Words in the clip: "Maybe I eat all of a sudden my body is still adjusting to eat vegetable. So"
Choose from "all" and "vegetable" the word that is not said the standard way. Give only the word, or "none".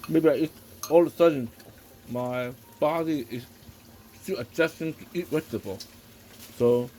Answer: vegetable